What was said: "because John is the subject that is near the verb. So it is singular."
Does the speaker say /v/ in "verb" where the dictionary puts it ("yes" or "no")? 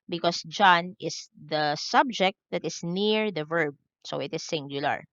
yes